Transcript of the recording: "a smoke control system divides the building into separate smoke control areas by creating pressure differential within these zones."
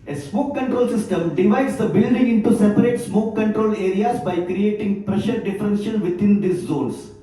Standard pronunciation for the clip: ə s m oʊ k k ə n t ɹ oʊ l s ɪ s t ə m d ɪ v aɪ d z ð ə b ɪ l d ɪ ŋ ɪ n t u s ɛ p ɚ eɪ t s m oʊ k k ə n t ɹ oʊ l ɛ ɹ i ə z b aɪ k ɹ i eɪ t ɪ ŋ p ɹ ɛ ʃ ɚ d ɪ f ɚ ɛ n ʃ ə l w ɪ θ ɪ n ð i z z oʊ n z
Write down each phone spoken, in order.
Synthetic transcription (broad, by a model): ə s m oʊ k k ə n t ɹ oʊ l s ɪ s t ə m d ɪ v aɪ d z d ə b ɪ l d ɪ ŋ ɪ n t u s ɛ p ɚ eɪ t s m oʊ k k ə n t ɹ oʊ l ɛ ɹ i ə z b aɪ k ɹ i eɪ t ɪ ŋ p ɹ ɛ ʃ ɚ d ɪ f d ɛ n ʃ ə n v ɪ t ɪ n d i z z oʊ n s